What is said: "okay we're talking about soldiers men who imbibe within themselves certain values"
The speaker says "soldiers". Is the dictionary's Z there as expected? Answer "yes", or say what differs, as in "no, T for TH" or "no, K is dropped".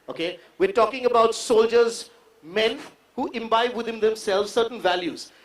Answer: yes